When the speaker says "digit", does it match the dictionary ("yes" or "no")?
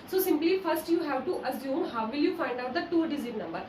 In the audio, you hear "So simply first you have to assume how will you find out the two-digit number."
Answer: no